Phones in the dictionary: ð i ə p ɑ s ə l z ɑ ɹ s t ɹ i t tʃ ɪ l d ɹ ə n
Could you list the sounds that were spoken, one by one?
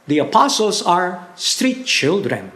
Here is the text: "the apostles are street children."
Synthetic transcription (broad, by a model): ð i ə p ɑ s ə l s ɑ ɹ s t ɹ i t tʃ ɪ l d ɹ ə n